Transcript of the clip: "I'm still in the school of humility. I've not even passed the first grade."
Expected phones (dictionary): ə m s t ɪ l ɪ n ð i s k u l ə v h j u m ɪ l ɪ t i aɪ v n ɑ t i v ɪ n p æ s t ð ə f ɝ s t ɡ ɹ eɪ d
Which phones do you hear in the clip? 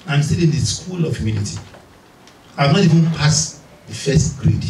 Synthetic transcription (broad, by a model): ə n s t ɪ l ɪ n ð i s k u l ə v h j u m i n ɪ t i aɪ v n ɑ t i v ɪ n p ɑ s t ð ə f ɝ s t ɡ ɹ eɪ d